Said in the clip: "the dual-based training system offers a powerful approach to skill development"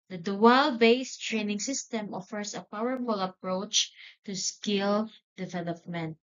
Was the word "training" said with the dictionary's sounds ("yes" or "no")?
yes